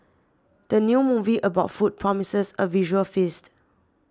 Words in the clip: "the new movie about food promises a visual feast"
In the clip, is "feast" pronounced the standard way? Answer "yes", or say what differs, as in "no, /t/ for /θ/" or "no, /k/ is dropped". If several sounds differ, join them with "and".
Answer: yes